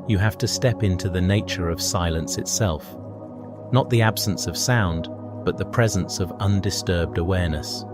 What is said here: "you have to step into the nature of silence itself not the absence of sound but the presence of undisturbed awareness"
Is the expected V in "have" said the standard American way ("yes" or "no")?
no